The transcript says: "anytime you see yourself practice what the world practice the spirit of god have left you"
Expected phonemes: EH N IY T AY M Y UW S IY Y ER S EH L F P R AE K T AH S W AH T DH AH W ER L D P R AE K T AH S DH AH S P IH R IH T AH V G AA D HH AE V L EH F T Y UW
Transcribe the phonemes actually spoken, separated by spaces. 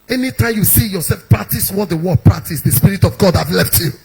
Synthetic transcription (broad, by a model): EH N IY T AY M Y UW S IY Y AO S EH L F P R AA K T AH S W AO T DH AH W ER D P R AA K T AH S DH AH S P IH R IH T AH V G AA D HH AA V L EH F T Y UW